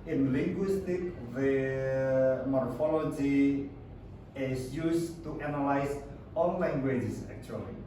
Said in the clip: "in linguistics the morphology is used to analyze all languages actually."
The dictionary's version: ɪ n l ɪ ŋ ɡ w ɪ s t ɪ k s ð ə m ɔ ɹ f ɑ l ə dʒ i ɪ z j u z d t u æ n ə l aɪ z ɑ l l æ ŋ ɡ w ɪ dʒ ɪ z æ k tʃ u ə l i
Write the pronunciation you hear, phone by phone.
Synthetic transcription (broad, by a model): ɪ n l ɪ ŋ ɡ w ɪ s t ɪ k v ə m ɔ ɹ f ɑ l ə dʒ i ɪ s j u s t u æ n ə l aɪ s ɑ n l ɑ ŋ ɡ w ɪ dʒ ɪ s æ k tʃ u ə l i